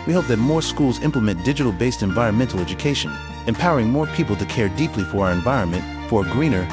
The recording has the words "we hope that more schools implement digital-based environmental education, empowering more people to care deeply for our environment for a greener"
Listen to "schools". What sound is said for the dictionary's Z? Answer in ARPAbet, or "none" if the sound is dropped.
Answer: Z